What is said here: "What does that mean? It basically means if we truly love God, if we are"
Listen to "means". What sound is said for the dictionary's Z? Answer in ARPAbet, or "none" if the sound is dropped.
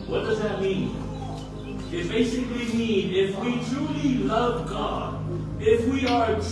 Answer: none